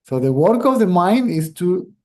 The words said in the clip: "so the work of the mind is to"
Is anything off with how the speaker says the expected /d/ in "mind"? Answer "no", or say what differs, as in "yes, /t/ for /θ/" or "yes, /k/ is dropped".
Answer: no